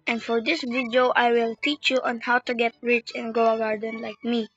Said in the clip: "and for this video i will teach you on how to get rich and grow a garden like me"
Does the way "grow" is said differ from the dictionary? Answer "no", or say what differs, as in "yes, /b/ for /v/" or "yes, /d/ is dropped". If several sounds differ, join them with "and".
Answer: yes, /ɹ/ is dropped